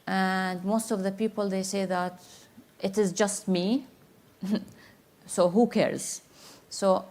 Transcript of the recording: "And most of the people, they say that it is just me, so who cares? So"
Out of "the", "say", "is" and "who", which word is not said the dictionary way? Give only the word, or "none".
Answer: none